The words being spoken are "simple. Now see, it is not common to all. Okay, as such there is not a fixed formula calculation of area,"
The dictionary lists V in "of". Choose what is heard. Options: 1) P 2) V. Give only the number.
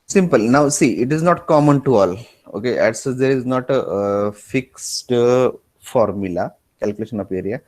1